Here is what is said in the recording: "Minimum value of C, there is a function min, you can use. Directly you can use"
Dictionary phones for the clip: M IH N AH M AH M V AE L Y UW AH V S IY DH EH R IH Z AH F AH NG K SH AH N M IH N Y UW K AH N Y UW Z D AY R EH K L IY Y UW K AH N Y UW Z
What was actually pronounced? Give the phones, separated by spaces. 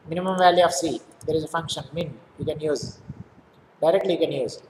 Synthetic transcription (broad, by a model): M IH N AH M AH M V AE L Y UW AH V S IY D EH R IH Z AH F AH NG K SH AH N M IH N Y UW K AH N Y UW Z D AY R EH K L IY Y UW K AH N Y UW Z